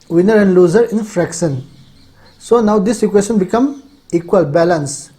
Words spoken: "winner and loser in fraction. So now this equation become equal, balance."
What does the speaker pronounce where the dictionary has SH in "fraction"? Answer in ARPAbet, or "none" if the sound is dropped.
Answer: S